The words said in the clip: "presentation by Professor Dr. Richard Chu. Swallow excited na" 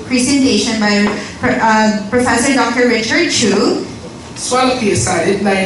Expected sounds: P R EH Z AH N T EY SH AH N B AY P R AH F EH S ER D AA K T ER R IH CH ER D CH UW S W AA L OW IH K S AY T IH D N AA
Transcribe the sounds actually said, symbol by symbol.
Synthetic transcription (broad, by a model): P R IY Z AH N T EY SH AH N B AY P R AH F EH S ER D AA K T ER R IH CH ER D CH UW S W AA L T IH S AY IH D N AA